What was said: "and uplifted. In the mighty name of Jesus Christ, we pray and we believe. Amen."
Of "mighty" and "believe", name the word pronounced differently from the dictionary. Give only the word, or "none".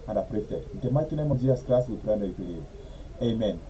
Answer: believe